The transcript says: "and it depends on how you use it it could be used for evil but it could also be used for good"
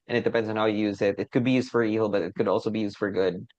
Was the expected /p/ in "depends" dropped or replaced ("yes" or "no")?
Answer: no